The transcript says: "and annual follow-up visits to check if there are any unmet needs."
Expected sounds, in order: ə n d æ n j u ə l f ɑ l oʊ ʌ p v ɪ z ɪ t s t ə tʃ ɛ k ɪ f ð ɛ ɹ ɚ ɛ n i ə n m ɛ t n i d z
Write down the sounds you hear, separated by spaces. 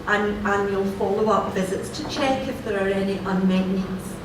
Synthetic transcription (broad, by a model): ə n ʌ n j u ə l f ɑ l oʊ ʌ p v ɪ z ɪ t s t ə tʃ ɛ k ɪ f ð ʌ ɹ ɚ ɛ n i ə n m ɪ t n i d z